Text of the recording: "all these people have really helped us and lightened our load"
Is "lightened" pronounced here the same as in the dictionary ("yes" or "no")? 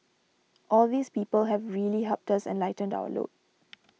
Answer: yes